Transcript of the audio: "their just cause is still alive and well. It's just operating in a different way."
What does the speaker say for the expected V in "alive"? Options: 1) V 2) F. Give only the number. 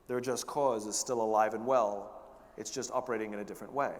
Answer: 1